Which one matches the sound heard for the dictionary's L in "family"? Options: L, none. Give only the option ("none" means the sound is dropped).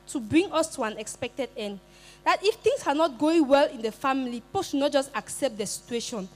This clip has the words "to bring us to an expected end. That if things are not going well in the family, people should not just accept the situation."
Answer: none